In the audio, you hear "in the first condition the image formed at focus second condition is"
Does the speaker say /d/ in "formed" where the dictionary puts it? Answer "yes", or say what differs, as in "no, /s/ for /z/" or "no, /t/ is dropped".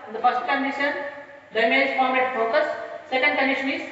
no, /d/ is dropped